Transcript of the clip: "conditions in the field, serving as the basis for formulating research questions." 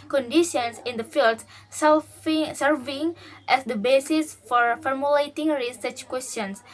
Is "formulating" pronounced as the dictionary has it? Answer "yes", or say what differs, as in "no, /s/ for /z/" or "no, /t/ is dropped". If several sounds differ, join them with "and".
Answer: yes